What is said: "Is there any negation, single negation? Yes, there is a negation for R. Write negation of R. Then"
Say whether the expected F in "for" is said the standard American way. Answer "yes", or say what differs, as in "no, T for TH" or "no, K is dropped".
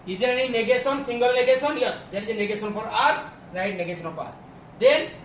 no, P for F